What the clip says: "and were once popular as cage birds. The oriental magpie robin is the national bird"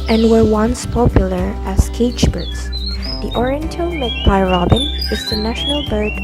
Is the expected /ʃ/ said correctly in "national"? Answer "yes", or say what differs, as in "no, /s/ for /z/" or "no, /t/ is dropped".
yes